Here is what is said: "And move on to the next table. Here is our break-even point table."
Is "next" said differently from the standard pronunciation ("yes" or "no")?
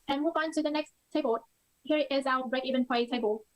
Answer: no